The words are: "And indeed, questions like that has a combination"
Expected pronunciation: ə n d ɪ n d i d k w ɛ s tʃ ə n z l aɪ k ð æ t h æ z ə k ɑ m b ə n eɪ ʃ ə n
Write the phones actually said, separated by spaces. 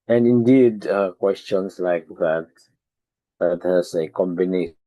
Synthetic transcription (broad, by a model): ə n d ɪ n d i d k w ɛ s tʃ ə n s l aɪ k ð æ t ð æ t ə k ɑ m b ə n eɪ